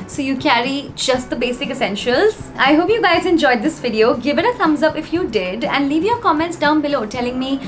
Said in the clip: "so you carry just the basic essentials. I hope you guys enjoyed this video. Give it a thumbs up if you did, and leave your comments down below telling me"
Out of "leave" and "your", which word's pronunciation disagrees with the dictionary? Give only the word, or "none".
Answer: none